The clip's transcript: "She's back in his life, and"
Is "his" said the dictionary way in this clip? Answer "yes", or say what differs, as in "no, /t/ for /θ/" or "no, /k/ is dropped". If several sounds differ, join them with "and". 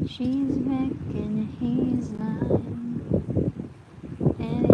yes